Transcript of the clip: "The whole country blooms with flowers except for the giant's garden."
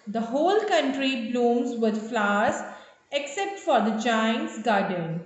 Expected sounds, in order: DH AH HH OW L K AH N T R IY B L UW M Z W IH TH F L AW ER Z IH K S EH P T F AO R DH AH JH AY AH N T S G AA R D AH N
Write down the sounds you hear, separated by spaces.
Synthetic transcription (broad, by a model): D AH HH OW L K AH N T R IY B L UW M Z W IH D F L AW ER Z IH K S EH P T F AO R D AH JH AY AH N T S G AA R D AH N